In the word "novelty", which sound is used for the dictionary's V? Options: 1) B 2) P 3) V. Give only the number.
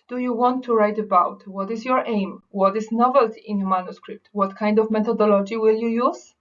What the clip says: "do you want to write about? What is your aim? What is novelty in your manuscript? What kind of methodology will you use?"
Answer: 3